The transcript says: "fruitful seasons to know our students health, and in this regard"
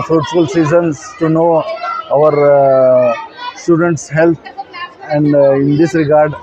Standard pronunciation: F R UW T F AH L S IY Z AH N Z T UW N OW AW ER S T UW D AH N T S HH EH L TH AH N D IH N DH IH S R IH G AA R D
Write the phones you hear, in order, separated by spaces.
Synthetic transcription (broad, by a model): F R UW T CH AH L S IY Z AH N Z T UW N OW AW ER S T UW D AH N T S HH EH L T AH N D IH N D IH S R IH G AA R D